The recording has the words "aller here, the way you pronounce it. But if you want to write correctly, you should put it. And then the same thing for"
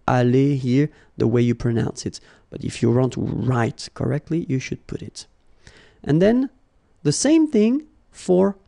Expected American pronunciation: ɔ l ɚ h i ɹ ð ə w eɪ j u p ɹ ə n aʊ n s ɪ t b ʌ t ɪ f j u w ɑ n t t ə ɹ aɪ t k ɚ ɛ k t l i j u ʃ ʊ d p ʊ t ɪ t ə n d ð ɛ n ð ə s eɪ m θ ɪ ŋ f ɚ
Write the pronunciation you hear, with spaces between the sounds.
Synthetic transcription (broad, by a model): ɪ l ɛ h i ɹ ð ə w eɪ j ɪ p ɹ ə n aʊ n s ɪ t b ʌ t ɪ f j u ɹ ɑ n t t ɹ aɪ t k ɚ ɛ k t l i j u ʃ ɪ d p ʊ t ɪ t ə n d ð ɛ n ð ə s eɪ m θ ɪ ŋ f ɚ